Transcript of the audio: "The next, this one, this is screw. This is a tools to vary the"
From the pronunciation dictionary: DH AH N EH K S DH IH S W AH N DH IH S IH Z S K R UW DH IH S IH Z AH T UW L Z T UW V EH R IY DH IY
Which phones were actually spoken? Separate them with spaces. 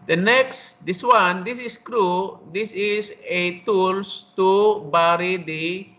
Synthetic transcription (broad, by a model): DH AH N EH K S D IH S W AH N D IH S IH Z S K R UW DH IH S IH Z AH T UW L S T UW B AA R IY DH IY